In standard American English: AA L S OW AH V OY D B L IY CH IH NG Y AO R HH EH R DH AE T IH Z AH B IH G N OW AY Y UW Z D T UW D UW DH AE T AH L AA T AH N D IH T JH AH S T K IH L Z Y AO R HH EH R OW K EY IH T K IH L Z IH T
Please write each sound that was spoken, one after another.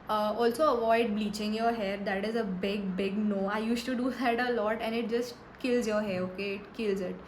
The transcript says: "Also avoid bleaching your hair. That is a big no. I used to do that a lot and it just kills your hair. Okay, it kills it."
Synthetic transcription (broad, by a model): AA L S OW AH V OY D B L IY CH IH NG Y AO R HH EH R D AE T IH Z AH B IH G N OW AY Y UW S T UW D UW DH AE T AH L AA T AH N IH T JH AH S T K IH L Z Y AO R HH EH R OW K EY IH T K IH L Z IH T